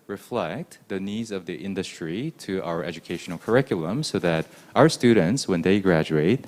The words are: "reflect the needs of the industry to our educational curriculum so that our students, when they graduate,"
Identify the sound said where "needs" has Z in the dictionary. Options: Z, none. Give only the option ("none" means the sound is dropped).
Z